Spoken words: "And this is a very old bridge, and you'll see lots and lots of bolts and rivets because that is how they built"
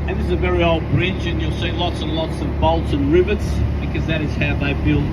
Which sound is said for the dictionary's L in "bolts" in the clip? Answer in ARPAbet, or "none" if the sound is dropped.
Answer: L